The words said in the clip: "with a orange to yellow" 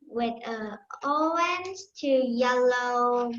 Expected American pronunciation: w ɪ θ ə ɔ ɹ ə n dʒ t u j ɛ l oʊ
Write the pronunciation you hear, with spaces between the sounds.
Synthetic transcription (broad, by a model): w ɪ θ ə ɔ ə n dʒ t u j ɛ l oʊ